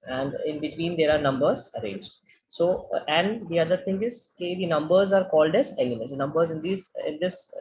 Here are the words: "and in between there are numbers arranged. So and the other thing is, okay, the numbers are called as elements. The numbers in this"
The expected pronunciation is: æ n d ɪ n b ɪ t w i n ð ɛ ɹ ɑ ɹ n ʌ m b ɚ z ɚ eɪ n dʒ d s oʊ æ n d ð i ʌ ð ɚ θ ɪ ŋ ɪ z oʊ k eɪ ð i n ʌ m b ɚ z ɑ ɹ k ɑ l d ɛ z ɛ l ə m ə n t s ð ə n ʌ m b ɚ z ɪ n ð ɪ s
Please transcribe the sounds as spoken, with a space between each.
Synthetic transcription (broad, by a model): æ n d ɪ n b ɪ t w i n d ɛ ɹ ɑ ɹ n ʌ m b ɚ z ɚ eɪ n dʒ d s oʊ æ n d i ʌ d ɚ t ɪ ŋ ɪ z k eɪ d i n ʌ m b ɚ z ɑ ɹ k ɑ l d ɛ z ɛ l ə m ə n t s n ʌ m b ɚ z ɪ n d ɪ s